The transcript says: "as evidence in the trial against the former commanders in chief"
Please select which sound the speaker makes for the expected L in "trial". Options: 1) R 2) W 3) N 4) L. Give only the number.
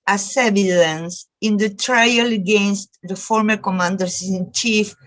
4